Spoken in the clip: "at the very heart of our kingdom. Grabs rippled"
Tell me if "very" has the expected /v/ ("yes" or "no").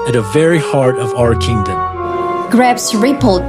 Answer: yes